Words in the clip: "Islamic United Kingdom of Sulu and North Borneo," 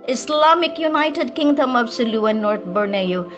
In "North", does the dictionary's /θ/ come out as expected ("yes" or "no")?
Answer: no